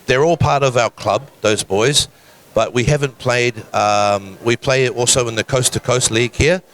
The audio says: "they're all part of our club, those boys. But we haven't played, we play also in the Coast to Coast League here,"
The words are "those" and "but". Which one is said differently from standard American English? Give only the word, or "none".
none